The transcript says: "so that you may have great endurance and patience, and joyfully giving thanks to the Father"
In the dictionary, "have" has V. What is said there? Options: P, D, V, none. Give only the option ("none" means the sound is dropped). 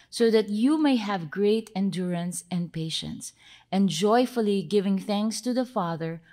V